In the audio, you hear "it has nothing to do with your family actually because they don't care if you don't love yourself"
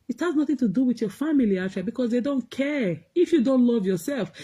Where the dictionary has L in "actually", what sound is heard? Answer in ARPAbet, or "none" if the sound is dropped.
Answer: none